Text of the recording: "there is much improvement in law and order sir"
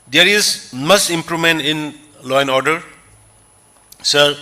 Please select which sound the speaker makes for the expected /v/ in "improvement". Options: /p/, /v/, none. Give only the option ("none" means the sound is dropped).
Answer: none